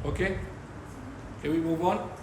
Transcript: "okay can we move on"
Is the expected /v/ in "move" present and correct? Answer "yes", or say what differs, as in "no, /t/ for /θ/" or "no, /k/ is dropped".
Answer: no, /b/ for /v/